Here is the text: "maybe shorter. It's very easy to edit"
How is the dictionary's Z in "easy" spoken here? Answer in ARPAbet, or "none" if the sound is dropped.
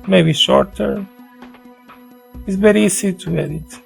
S